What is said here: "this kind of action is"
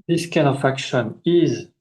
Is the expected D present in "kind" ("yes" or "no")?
no